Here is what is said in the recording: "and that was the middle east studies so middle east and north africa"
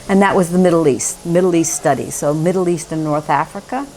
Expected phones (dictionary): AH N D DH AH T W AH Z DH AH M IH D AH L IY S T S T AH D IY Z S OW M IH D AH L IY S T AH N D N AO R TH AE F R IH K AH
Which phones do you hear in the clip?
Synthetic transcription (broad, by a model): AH N DH AH T W AH Z DH AH M IH D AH L IY S T S T AH D IY S OW M IH D L IY S T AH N N AO R TH AE F R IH K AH